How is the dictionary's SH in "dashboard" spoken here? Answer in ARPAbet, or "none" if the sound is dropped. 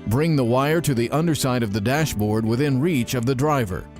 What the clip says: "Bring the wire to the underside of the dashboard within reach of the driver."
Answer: SH